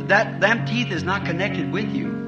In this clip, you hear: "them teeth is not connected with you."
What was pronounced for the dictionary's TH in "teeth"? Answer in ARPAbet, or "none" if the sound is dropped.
TH